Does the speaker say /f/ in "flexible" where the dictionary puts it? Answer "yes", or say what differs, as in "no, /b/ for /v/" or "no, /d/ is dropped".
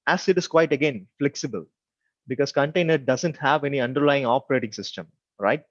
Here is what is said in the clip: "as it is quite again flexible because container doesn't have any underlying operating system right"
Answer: yes